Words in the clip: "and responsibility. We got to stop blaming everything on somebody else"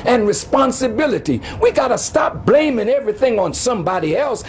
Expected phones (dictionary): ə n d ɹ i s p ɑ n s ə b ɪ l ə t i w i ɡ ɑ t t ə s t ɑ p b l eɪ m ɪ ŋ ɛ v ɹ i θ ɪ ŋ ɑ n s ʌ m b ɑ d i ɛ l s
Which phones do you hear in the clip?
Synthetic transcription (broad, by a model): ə n ɹ i s p ɑ n s ə b ɪ l ə t i w i ɡ ɑ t t ə s t ɑ p b l eɪ m ɪ ŋ ɛ v ɹ i θ ɪ ŋ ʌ n s ʌ m b ɑ d i ɛ l s